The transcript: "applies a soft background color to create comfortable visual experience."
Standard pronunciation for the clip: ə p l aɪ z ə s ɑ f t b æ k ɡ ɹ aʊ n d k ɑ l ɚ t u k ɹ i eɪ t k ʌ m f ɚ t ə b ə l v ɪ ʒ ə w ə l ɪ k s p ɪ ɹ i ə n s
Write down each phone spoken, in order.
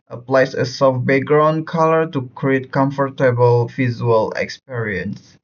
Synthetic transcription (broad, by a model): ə p l aɪ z ə s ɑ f b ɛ ɡ ɹ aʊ n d k ɑ l ɚ t u k ɹ i eɪ t k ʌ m f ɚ t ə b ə l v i z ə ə l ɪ k s p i ɹ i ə n s